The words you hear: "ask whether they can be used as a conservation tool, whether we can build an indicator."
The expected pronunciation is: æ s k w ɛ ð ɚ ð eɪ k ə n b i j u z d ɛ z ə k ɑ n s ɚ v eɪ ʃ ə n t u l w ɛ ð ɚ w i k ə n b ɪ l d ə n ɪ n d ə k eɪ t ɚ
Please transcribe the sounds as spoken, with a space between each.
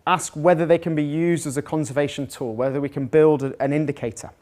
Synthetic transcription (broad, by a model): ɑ s k w ɛ ð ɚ ð eɪ k ə n b i j u z d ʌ z ə k ɑ n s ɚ v eɪ ʃ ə n t u l w ɛ ð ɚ w i k ə n b ɪ l d ə n ɪ n d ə k eɪ t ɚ